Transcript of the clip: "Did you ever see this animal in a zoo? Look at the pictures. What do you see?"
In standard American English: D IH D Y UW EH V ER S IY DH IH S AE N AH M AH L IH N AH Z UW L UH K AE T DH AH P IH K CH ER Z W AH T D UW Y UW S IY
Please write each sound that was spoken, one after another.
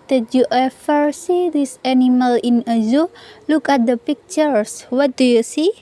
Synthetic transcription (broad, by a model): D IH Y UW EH F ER S IY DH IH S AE N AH M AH L IH N AH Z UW L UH K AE T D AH P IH K CH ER S W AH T D UW Y UW S IY